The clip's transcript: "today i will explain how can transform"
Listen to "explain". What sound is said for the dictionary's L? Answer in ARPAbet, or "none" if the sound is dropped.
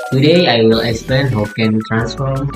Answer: none